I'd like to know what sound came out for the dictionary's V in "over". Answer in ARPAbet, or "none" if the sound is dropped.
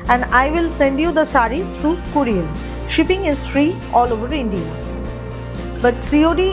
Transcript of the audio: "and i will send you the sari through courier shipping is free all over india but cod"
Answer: V